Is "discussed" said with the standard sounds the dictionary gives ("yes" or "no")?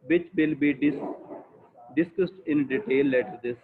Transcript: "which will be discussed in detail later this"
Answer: yes